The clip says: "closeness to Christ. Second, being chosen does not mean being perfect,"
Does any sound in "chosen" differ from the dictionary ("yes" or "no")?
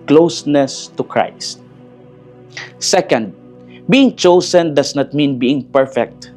yes